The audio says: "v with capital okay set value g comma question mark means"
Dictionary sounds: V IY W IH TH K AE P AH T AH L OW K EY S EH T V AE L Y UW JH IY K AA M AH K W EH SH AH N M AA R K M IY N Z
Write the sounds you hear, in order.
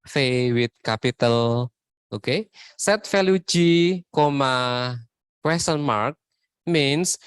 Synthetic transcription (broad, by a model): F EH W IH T K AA P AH T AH L OW K EY S EH T F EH L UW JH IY K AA M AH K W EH S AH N M AA R K M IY N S